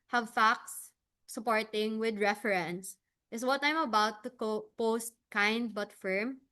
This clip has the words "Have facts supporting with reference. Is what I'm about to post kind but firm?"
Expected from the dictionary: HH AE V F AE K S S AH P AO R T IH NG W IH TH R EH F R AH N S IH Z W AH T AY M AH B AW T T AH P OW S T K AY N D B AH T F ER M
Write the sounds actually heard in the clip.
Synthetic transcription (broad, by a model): HH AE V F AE K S S AH P AO R T IH NG W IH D R EH F R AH N S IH S W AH T AY M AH B AW T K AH P OW S T K AY N D B AH T F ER M